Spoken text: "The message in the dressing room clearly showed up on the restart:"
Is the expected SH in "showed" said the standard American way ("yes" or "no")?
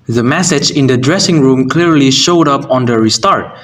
yes